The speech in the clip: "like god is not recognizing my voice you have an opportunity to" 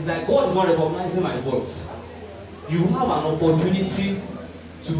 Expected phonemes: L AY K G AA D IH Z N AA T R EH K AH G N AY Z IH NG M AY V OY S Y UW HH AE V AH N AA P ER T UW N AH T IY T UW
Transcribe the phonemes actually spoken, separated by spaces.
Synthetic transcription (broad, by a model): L AY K G AA D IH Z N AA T R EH K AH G N AY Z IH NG M AY W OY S Y UW HH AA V AH N AA P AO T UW N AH T IY T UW